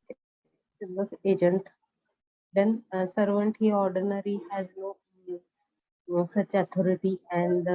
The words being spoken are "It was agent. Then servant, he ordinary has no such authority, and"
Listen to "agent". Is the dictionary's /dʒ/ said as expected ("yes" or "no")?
yes